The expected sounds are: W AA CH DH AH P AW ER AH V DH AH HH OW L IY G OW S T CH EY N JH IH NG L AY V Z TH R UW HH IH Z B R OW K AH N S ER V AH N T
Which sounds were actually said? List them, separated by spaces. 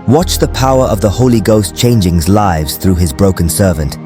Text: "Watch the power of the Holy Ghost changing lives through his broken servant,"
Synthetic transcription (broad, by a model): W AA CH DH AH P AW ER AH V DH AH HH OW L IY G OW S CH EY N JH IH NG L AY V Z TH R UW IH Z B R OW K AH N S ER V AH N T